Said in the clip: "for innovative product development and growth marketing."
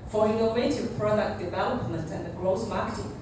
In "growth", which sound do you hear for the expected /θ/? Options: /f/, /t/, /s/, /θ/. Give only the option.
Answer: /s/